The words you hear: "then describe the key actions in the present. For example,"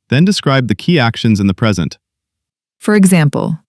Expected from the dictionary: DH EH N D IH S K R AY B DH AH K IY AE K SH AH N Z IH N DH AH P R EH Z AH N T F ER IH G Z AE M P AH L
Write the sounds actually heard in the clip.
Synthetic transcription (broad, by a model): DH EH N D IH S K R AY B DH AH K IY AE K SH AH N Z IH N DH AH P R EH Z AH N T F ER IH G Z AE M P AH L